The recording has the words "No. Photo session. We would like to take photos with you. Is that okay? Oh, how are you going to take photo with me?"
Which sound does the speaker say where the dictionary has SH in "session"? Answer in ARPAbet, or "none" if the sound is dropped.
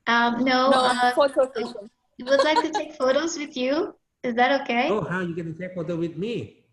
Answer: none